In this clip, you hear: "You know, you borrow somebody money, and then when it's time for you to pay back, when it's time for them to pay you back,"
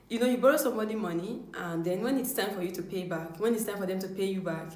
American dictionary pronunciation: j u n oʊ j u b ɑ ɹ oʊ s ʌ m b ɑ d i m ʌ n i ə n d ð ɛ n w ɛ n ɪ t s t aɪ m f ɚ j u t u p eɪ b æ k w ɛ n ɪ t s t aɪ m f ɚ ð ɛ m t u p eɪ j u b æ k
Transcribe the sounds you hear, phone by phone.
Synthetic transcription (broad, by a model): j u n oʊ j u b ɑ ɹ oʊ s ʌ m ɑ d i m ʌ n i ə n d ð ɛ n w ɛ n ɪ t s t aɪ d f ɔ j u t u p eɪ b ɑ k w ɛ n ɪ t s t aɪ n f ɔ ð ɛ m t u p eɪ j u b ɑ k